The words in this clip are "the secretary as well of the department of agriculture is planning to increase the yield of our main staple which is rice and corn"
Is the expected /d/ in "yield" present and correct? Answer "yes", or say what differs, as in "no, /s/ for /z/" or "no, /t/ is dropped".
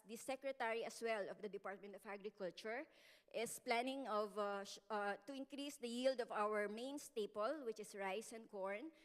yes